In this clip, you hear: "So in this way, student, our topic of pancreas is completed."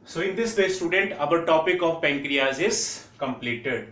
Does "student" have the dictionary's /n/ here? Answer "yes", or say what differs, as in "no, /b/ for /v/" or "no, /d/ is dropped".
yes